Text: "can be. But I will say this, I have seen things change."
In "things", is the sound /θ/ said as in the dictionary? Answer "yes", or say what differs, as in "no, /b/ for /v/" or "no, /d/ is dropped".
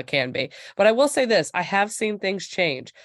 yes